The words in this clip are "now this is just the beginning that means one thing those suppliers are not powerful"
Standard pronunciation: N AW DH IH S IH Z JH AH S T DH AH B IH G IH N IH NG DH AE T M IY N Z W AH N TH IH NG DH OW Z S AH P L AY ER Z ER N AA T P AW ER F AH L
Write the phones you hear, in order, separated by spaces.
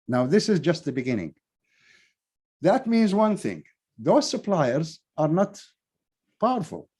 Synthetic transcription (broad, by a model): N AW DH IH S IH Z JH AH S T DH AH B IH G IH N IH NG DH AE T M IY N Z W AH N TH IH NG DH OW Z S AH P L AY ER Z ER N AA T P AW ER F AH L